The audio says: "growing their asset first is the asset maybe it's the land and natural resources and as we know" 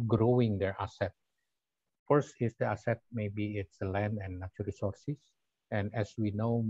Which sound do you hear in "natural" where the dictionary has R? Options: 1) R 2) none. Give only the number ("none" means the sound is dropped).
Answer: 2